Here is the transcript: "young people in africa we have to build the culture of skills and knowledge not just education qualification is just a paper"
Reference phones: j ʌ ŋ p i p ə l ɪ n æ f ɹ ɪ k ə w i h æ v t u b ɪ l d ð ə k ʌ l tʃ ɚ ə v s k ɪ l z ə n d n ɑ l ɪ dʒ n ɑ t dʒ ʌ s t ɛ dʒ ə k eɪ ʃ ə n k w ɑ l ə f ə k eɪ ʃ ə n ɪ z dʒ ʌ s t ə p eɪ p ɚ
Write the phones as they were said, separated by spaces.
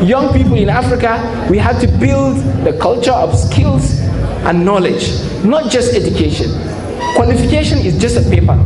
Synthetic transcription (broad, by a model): j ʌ ŋ p i p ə l ɪ n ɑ f ɹ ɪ k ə w i h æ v t u b ɪ l d ð ə k ʌ l tʃ ɚ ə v s k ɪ l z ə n n ɑ l ɪ dʒ n ɑ t dʒ ʌ s t ɛ dʒ ə k eɪ ʃ ə n k w ɑ l ə f ə k eɪ ʃ ə n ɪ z dʒ ʌ s t ə p eɪ p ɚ